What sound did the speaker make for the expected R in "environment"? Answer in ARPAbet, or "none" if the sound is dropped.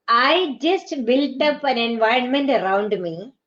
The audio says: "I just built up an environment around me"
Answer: R